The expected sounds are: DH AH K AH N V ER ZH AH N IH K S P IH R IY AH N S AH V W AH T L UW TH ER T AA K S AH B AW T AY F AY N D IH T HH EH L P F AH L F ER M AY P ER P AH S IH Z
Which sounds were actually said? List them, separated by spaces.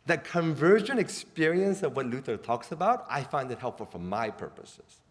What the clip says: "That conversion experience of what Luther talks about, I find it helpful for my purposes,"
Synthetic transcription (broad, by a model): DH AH K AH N V ER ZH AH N IH K S P IH R IY AH N S AH V W AH T L UW TH ER T AA K S AH B AW T AY F AY N D IH T HH EH L P F AH L F ER M AY P ER P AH S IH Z